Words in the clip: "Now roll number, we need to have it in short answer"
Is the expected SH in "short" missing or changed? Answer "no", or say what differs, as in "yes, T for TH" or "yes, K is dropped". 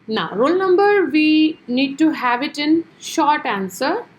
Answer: no